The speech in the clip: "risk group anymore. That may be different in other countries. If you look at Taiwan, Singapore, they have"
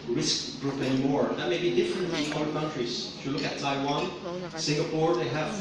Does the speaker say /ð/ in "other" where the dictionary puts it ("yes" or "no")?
no